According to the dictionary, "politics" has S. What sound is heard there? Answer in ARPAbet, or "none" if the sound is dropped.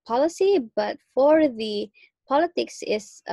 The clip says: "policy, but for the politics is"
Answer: S